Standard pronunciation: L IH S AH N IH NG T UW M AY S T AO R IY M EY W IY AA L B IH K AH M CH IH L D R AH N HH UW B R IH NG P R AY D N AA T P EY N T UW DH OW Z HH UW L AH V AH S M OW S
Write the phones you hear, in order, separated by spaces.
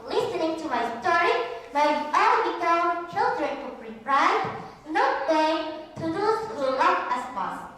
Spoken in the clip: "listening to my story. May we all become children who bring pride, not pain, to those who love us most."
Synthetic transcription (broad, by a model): L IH S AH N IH NG T UW M AY S T AO R IY M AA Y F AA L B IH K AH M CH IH L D R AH N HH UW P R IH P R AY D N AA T B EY T UW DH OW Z HH UW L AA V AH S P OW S